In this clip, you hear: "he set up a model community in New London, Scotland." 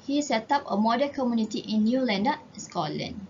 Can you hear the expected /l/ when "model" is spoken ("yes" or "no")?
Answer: no